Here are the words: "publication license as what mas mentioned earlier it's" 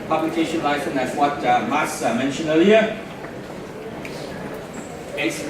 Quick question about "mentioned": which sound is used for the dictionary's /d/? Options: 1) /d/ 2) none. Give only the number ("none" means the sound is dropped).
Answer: 2